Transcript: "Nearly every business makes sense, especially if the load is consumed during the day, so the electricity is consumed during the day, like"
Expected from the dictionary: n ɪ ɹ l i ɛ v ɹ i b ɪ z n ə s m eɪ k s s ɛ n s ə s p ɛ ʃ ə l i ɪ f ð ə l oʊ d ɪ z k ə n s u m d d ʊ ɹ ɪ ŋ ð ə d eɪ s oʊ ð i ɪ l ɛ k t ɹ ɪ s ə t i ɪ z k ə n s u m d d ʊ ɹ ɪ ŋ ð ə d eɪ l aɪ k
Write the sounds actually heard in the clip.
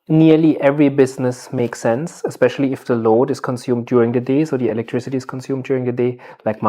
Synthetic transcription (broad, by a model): n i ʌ l i ɛ v ɹ i b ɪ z n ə s m eɪ k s s ɛ n s ə s p ɛ ʃ ə l i ɪ f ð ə l oʊ d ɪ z k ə n s u m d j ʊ ɹ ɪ ŋ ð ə d eɪ s oʊ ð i ɪ l ɛ k t ɹ ɪ s ə t i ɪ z k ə n s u m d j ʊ ɹ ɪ ŋ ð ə d eɪ l aɪ k